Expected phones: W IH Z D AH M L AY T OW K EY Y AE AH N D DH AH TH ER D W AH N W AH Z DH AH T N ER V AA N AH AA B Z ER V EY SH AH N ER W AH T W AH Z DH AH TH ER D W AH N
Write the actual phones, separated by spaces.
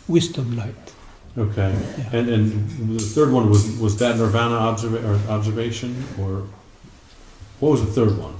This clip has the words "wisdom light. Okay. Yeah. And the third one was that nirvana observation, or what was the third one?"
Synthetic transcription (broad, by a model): W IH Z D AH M L AY T OW K EY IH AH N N DH AH TH ER D W AH N W AH Z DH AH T N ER V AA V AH AA B Z ER V EY SH AH N ER W AH T W AH Z DH AH TH ER D W AH N